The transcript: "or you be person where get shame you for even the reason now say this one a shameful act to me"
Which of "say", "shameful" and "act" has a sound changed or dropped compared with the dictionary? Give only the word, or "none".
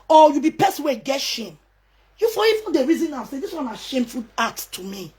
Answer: act